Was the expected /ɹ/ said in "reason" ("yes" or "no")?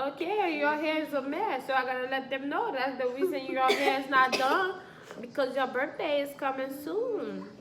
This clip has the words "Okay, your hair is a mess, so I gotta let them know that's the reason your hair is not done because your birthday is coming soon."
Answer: no